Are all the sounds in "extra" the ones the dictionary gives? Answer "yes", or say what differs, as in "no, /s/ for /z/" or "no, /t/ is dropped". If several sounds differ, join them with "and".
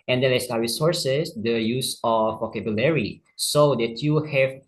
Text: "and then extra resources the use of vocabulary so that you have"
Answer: no, /k/ is dropped and /ɹ/ is dropped